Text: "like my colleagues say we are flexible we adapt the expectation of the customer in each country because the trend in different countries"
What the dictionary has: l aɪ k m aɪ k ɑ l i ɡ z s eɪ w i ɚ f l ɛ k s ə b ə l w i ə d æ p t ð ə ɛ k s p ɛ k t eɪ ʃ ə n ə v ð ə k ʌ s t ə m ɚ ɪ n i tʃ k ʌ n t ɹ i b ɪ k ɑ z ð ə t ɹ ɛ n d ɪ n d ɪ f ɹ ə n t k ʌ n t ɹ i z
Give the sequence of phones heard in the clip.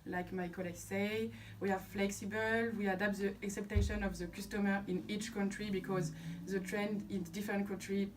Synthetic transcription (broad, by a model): l aɪ k m aɪ k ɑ l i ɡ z s eɪ w i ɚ f l ɛ k s ə b ə l w i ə d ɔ p t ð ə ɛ k s ɛ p t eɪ ʃ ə n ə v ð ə k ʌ s t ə m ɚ ɪ n i tʃ k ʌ n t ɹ i b ɪ k ɑ z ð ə t ɹ ɛ n d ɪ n d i f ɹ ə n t k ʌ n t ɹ i